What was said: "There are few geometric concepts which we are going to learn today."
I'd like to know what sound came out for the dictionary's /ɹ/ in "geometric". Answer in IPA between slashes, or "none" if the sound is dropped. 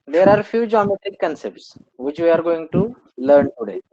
none